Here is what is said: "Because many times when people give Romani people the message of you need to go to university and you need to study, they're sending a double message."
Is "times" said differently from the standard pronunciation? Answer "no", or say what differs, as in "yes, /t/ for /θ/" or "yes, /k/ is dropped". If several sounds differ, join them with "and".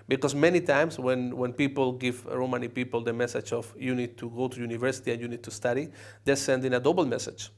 yes, /s/ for /z/